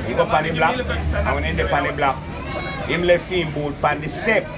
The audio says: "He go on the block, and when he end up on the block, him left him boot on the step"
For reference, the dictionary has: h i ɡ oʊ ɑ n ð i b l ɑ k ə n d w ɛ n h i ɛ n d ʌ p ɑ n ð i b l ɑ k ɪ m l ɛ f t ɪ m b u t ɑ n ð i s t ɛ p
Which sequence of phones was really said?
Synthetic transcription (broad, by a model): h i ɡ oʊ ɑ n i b l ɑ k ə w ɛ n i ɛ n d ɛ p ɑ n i b l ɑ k ɪ m l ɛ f ɪ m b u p ɑ n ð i s t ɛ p